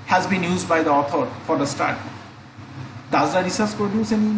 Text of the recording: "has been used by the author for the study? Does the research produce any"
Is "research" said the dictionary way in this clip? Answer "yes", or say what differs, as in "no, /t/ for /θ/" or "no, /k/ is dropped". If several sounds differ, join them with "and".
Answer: no, /s/ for /tʃ/